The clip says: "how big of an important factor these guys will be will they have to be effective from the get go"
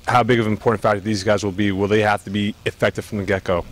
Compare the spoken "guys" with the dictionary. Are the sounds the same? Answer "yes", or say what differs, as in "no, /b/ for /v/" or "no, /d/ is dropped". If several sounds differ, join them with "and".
yes